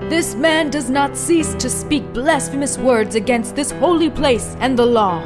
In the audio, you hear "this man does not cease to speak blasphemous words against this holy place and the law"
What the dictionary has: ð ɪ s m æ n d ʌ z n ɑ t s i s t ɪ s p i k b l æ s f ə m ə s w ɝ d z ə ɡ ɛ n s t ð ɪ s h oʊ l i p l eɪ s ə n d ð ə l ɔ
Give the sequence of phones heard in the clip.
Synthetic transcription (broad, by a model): ð ɪ s m æ n d ʌ z n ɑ t s i s t ɪ s p i k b l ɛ s f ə m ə s w ɝ d z ə ɡ ɛ n s t ð ɪ s h oʊ l i p l eɪ s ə n ð ə l ɔ